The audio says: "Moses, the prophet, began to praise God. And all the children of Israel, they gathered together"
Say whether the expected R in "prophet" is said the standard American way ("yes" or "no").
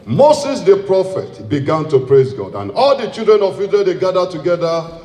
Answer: yes